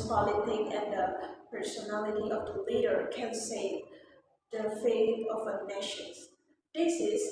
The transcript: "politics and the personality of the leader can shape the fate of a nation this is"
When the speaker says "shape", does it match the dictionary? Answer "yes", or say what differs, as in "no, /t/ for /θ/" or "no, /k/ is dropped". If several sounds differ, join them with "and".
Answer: no, /s/ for /ʃ/